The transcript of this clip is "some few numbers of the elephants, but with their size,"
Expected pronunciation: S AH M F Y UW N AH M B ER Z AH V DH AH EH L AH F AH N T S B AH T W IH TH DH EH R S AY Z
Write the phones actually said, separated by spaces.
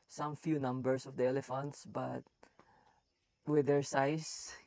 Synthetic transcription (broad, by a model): S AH M F Y UW N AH M B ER S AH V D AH EH L AH F AH N T S B AH T W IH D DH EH R S AY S